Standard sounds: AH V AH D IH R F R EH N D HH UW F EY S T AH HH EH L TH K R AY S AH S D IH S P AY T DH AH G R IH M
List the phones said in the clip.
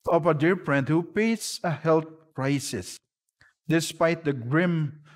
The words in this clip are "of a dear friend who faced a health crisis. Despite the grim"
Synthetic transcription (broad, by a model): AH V AH D IH R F R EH N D HH UW P EY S AH HH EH L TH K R AY S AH S D IH S P AY T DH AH G R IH M